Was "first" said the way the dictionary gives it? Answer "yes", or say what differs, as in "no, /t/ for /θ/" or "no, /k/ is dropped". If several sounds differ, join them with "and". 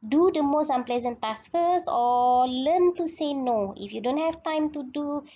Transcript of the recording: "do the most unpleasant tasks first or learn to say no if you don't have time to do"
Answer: no, /t/ is dropped